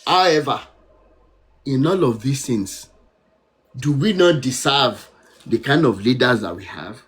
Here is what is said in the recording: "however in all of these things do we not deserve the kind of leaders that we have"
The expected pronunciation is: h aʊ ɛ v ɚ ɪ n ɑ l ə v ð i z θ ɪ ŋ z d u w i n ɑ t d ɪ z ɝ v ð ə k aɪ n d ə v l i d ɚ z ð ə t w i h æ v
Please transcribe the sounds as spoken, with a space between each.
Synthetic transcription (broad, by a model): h aʊ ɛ v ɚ ɪ n ɑ l ə v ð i s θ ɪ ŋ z d u w i n ɑ t d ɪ s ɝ v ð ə k aɪ n d ə v l i d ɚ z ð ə t w i h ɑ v